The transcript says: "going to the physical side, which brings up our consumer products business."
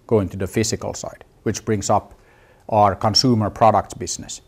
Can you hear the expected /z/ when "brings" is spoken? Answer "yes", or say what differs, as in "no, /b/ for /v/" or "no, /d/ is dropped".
no, /s/ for /z/